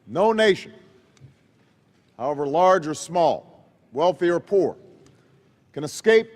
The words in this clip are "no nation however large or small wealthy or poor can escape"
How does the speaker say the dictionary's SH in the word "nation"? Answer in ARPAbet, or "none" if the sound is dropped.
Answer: SH